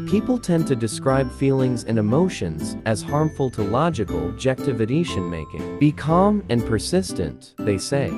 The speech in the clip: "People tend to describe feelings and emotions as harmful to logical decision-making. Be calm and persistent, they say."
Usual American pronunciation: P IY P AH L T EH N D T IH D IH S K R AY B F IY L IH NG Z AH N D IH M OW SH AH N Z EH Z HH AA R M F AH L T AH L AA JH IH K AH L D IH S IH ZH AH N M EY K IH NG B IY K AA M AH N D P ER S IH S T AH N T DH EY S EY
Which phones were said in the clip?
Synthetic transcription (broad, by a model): P IY P L T EH N T IH D IH S K R AY B F IY L IH NG Z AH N IH M OW SH AH N Z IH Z HH AA R M F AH L T AH L AA JH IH K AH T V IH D IH SH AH N M EY K IH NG B IY K AA M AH N P ER S IH S T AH N DH EY S EY